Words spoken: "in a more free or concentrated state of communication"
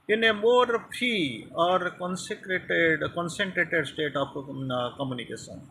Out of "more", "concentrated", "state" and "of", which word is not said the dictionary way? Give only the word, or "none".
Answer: of